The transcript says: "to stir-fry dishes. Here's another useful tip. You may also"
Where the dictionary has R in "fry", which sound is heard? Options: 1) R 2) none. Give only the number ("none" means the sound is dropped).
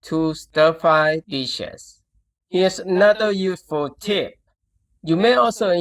2